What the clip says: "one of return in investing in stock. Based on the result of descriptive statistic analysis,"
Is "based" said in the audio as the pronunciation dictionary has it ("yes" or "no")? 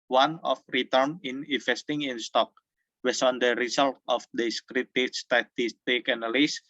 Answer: no